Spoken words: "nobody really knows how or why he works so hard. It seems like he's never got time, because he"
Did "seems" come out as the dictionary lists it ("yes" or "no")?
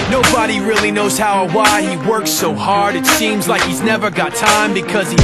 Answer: yes